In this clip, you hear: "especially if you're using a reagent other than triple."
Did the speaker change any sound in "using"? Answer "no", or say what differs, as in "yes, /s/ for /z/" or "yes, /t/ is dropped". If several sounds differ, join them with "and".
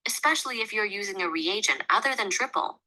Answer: no